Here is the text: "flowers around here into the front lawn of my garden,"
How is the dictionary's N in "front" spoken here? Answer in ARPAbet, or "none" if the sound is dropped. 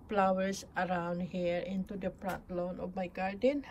none